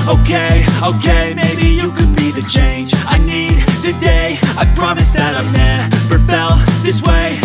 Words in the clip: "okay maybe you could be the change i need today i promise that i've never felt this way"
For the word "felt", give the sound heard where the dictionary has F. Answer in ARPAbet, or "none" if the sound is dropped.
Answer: P